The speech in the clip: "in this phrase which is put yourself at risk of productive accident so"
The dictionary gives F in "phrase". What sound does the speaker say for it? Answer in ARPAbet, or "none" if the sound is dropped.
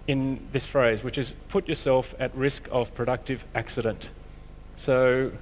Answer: F